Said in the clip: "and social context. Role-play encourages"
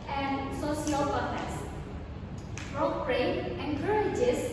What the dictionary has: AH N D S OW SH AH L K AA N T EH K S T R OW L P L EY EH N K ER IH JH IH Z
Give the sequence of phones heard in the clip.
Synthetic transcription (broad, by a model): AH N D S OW S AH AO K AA T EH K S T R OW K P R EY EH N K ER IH JH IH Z